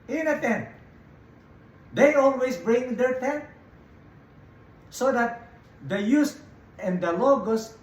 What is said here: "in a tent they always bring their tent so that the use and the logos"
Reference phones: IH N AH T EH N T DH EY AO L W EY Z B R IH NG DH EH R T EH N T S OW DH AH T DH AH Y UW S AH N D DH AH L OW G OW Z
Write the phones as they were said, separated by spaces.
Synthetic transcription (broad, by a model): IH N AH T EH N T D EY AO L W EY S B R IH NG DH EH R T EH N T S OW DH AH T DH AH Y UW S AH N D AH L OW G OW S